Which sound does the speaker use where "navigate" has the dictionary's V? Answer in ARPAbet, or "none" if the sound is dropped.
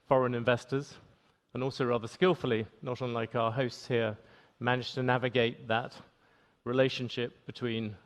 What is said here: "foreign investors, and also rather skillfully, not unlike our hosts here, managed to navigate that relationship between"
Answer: V